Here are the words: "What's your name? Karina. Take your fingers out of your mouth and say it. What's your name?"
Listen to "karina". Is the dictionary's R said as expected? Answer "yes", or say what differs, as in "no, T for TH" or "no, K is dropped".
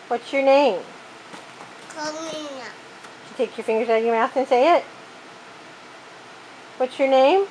no, R is dropped